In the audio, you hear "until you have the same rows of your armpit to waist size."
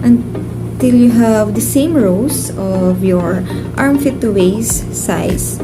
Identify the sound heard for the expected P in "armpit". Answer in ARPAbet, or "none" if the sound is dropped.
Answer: F